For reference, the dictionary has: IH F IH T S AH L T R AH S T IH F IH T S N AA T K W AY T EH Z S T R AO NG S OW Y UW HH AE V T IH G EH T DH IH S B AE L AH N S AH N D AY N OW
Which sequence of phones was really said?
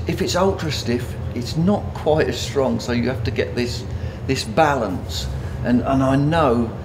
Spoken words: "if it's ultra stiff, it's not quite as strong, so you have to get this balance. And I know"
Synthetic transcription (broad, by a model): IH F IH T S AH L T R AH S T IH F IH T S N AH T K W AY T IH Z S T R AO NG S OW Y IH HH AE F T IH G EH T DH IH S B AE L AH N S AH N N AY N OW